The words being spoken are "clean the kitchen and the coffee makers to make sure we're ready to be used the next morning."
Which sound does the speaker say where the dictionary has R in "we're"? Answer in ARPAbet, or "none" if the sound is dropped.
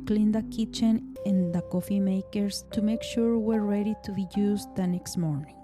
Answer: R